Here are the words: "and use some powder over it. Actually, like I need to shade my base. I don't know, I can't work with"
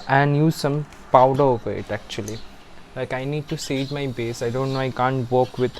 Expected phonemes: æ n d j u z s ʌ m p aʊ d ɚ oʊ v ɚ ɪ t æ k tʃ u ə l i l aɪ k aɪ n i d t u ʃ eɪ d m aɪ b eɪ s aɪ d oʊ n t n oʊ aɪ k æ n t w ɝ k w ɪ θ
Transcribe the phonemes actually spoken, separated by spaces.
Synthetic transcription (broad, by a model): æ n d j u z s ʌ m p aʊ d ɚ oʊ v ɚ ɪ t æ k tʃ u ə l i l aɪ k aɪ n i d t u s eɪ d m aɪ b eɪ s aɪ d oʊ n t n oʊ aɪ k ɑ n t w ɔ k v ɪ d